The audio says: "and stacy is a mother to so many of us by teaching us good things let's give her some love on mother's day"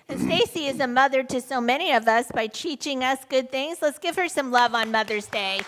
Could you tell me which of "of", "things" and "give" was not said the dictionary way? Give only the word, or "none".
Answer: none